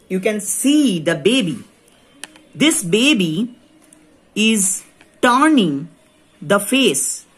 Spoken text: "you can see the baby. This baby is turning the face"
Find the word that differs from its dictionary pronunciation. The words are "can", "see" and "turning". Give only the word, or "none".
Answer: none